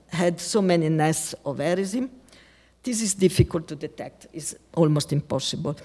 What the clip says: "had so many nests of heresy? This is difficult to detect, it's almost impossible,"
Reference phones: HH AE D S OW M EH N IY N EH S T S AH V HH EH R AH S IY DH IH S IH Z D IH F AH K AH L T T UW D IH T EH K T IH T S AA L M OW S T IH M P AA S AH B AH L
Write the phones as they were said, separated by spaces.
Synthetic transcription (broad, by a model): HH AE D S OW M EH N IY N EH S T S AH V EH R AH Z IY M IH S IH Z D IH F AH K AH L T T UW D IH T EH K T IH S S AA L M OW S T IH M P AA S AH B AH L